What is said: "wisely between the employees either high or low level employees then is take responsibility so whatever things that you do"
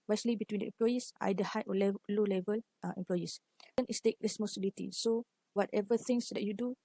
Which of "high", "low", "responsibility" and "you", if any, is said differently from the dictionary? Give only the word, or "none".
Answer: responsibility